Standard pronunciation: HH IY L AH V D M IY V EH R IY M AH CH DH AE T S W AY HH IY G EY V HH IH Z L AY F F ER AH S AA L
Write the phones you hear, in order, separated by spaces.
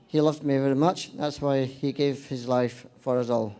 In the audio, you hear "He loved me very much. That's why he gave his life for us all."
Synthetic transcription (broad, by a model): HH IY L AH V D M IY V EH R IY M AH CH DH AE T S W AY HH IY G EY V HH IH Z L AY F F ER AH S AA L